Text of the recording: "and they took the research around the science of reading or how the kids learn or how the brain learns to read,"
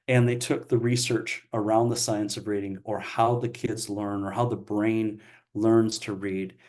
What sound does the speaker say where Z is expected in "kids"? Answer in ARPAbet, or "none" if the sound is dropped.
Z